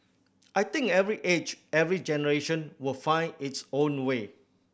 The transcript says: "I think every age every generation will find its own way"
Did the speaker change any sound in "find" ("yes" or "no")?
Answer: yes